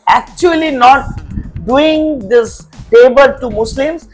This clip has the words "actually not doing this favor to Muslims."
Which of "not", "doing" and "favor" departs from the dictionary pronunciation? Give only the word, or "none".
favor